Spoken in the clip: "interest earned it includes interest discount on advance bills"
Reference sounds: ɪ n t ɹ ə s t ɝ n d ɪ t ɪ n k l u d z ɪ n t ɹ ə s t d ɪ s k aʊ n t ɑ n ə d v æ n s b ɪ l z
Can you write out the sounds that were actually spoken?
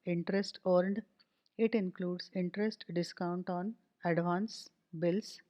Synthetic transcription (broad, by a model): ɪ n t ɹ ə s t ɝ n d ɪ t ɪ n k l u d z ɪ n t ɹ ə s t d ɪ s k aʊ n t ɑ n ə d v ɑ n s b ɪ l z